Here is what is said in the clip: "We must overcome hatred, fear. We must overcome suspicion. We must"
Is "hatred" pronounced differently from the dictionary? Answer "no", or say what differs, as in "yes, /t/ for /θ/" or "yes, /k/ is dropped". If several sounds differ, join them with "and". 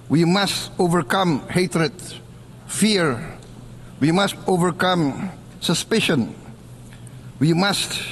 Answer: no